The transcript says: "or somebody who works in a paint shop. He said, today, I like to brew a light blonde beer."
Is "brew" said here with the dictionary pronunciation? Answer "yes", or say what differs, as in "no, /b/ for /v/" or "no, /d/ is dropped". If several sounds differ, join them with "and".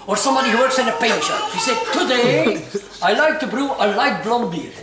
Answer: yes